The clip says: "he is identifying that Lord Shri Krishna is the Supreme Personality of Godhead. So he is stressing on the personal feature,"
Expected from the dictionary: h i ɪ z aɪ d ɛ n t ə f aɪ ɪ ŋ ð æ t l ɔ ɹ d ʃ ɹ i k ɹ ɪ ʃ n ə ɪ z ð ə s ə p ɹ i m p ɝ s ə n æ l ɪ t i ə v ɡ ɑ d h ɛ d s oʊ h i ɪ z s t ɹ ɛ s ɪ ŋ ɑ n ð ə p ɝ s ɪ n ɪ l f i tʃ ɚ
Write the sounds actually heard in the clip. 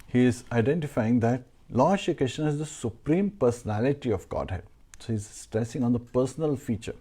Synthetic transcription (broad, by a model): h i ɪ z aɪ d ɛ n t ə f aɪ ɪ ŋ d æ t l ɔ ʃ i k ɹ ɪ ʃ n ə ɪ z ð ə s ə p ɹ i m p ɝ s ə n æ l ɪ t i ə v ɡ ɑ d h ɛ d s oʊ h i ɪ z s t ɹ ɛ s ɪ ŋ ɑ n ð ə p ɝ s ɪ n ɪ l f i tʃ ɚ